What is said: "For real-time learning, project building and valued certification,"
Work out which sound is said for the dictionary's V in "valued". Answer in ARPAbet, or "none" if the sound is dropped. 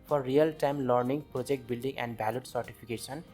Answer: B